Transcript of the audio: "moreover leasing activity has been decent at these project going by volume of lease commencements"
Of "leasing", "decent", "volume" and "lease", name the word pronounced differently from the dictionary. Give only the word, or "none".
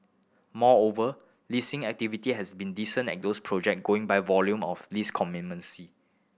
decent